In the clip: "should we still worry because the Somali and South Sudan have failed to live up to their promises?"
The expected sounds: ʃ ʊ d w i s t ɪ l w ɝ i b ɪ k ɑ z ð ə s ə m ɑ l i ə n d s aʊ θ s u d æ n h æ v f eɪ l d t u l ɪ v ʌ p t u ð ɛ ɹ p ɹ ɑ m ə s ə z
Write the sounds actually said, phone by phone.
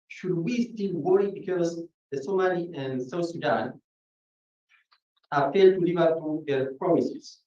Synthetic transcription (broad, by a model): ʃ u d w i s t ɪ l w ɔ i b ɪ k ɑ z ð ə s ə m ɑ l i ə n s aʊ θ s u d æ n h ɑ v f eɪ d t u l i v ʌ t u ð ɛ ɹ p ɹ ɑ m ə s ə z